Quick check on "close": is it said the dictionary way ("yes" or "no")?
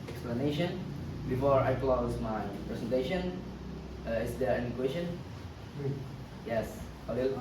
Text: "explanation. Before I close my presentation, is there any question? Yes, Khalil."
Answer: yes